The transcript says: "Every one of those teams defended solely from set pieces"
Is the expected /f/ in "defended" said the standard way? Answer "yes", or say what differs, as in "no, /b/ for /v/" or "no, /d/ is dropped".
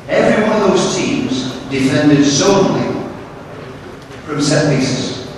yes